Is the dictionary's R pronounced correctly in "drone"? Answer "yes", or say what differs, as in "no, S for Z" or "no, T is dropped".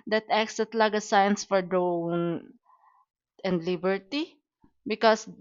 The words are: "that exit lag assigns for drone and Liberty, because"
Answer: no, R is dropped